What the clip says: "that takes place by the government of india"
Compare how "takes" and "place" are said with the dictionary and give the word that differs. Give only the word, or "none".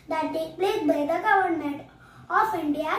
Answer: takes